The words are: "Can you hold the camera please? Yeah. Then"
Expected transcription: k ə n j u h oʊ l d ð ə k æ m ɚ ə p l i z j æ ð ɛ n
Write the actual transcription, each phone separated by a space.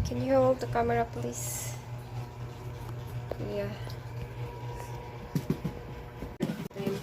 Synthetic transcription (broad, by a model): k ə n j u h oʊ l d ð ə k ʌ m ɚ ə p l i s j æ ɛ